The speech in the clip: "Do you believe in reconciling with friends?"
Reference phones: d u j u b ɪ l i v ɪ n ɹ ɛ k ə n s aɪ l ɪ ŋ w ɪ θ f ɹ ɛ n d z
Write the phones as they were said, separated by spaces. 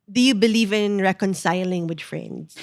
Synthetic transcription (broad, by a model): d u j u b ɪ l i v ɪ n ɹ ɛ k ə n s aɪ l ɪ ŋ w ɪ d f ɹ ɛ n d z